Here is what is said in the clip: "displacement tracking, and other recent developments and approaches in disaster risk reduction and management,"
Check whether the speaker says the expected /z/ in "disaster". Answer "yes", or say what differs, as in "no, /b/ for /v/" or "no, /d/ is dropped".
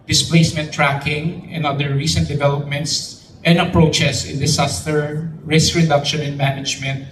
no, /s/ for /z/